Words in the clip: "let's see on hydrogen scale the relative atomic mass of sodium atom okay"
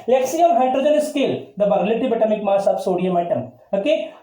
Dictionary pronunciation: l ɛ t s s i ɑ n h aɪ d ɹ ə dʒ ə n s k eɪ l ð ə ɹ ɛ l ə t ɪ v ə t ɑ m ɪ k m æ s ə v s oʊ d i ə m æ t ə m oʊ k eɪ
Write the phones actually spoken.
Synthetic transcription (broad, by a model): l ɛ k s s i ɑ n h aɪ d ɹ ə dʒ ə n s k eɪ l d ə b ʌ l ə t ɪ b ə t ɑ m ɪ k m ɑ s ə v s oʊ d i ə m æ t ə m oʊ k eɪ